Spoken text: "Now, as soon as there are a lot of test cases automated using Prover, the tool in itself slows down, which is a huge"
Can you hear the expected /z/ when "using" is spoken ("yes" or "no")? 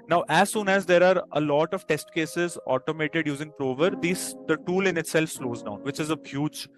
yes